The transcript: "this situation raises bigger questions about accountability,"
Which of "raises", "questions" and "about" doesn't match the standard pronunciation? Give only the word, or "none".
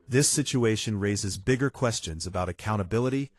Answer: none